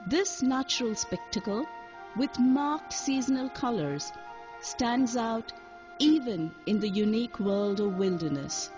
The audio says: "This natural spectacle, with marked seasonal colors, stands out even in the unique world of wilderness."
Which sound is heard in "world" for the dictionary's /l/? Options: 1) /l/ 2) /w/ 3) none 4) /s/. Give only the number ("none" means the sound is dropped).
1